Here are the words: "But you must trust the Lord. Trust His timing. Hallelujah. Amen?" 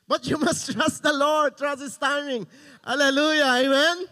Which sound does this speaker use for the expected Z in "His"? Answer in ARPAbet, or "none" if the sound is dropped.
S